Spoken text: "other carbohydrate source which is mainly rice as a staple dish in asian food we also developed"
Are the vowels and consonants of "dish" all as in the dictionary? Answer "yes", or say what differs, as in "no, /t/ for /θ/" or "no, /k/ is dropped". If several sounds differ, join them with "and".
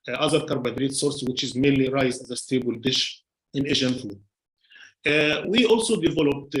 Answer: yes